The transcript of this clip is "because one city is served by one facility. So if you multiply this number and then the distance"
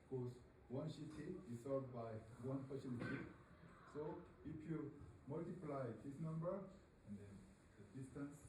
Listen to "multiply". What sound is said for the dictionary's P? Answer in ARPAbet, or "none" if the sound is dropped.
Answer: P